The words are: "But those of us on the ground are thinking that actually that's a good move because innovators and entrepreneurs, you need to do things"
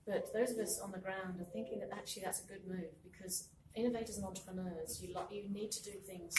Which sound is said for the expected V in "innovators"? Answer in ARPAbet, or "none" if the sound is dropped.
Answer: V